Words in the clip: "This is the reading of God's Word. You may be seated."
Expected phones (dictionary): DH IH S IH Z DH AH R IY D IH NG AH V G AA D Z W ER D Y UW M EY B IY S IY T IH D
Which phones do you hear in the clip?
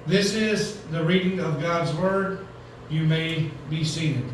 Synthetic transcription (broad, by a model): DH IH S IH Z DH AH R IY D IH NG AH V G AA D Z W ER D Y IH M EY B IY S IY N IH